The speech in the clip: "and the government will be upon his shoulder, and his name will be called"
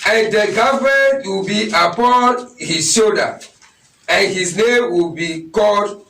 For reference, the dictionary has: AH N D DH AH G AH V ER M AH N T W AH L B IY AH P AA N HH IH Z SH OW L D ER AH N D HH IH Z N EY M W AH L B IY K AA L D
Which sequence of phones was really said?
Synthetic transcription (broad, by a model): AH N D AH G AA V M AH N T W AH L B IY AH P AA N HH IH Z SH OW D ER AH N HH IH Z N EY M W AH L B IY K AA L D